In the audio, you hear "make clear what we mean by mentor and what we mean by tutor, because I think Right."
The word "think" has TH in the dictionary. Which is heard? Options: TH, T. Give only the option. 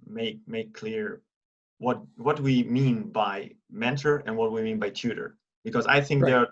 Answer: TH